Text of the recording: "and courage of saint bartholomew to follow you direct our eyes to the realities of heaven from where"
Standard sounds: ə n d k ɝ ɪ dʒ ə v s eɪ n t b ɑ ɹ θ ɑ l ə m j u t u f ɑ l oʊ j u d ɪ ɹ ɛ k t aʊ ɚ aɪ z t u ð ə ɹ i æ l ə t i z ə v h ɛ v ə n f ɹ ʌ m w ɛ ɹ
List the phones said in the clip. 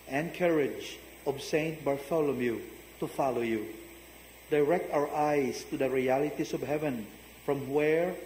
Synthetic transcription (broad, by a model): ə n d k ɝ ɪ dʒ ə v s eɪ n t b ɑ ɹ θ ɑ l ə m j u t u f ɑ l oʊ j u d ɪ ɹ ɛ k t aʊ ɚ aɪ s t u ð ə ɹ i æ l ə t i s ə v h ɛ v ə n f ɹ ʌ m w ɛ ɹ